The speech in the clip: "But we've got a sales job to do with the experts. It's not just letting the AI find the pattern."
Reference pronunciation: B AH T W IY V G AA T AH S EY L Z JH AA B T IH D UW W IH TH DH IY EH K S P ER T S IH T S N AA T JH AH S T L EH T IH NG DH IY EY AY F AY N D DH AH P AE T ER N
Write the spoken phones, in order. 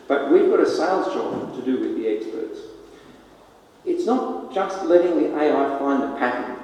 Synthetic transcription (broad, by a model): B AH T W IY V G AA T AH S EY L Z JH AA B T IH D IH W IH DH IY EH K S P ER T S IH T S N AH T JH AH S T L EH T IH NG DH IY EY AY F AY N DH AH P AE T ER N